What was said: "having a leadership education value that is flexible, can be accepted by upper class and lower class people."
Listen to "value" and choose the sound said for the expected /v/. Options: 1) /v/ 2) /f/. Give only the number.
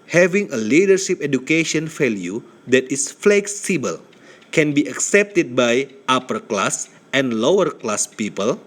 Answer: 2